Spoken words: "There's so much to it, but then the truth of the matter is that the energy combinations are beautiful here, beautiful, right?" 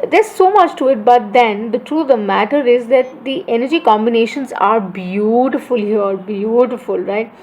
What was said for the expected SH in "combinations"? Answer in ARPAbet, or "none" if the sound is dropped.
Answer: SH